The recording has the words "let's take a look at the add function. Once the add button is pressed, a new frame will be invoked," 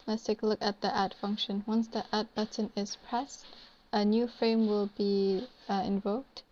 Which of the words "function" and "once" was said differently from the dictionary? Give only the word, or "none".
none